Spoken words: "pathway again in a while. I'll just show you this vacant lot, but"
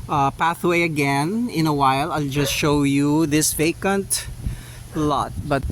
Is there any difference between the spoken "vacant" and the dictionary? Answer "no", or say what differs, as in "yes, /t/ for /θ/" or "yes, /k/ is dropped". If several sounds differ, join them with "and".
no